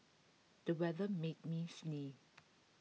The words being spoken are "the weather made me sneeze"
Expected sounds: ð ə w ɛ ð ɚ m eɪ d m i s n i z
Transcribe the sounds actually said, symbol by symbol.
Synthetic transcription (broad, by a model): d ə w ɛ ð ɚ m eɪ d m i s n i